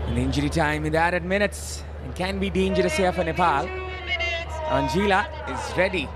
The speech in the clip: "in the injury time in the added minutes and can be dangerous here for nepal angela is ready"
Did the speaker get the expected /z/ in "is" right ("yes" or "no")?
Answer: yes